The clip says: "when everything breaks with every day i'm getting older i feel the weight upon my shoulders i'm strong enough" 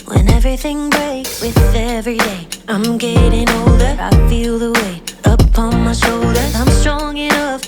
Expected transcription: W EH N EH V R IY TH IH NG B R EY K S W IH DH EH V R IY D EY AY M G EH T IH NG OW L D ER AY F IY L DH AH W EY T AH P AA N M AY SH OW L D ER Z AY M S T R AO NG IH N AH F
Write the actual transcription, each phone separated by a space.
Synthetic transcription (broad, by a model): W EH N EH V R IY TH IH NG B R EY K S W IH DH EH V R IY D EY AY M G EH T IH NG OW L D ER AY F IY L DH AH W EY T AH P AA N M AY SH OW L D ER Z AY M S T R AO NG IH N AH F